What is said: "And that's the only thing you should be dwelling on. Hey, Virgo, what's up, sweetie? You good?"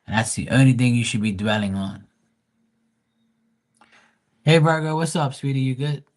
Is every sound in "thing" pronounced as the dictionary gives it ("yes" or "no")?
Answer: yes